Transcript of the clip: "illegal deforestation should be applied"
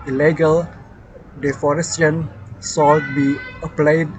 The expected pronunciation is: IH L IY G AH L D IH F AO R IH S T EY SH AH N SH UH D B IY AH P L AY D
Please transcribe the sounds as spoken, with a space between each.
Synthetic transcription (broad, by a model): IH L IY G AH L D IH F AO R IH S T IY AH N S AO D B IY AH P L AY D